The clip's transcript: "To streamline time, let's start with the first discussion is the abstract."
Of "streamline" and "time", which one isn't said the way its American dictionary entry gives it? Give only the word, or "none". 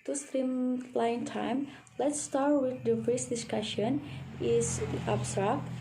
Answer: streamline